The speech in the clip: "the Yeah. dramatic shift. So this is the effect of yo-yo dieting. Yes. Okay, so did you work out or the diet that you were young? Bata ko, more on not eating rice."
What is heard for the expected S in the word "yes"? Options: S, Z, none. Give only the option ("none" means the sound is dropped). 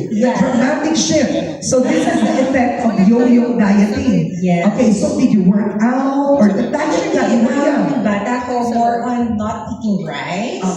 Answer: none